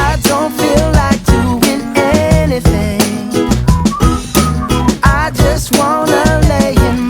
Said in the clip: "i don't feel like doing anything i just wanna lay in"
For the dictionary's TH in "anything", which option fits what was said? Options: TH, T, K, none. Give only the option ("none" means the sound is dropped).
TH